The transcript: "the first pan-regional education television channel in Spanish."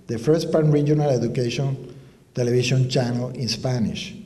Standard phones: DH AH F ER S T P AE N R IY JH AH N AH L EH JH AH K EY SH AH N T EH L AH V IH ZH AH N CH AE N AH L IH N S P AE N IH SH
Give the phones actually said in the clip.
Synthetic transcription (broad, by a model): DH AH F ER S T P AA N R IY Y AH N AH L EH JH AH K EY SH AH N T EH L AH B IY SH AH N CH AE N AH L IH N S P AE N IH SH